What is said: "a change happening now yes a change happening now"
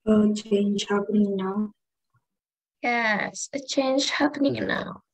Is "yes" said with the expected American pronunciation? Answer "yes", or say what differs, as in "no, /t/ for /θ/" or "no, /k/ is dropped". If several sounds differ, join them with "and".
yes